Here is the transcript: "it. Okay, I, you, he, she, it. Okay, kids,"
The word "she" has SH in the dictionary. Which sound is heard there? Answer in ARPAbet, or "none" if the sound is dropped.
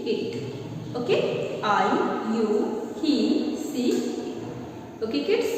S